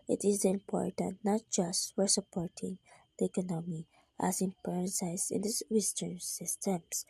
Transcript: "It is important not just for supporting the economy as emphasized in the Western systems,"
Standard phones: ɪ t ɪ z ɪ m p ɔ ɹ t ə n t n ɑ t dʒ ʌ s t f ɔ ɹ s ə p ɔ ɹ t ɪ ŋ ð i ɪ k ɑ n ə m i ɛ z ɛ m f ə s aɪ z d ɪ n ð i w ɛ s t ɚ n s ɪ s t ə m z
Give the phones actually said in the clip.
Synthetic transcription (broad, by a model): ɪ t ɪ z ɪ m p ɔ ɹ t ə n t n ɑ t dʒ ʌ s t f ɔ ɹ s ə p ɔ ɹ t ɪ ŋ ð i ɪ k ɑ n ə m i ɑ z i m p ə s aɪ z ɪ n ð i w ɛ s t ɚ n s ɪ s t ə m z